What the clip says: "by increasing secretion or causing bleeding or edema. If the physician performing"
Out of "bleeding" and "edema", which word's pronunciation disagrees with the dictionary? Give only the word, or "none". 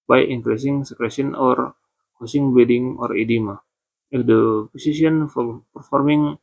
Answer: bleeding